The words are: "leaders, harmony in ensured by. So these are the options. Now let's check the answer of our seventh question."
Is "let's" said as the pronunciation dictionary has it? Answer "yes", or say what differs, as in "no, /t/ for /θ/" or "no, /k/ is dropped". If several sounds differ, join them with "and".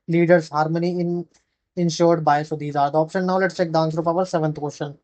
yes